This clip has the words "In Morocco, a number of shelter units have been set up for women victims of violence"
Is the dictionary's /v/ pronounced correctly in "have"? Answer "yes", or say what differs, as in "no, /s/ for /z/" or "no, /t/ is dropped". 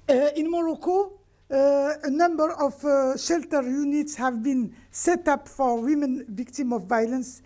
yes